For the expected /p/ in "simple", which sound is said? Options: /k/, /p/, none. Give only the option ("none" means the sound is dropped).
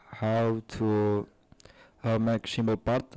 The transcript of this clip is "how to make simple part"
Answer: none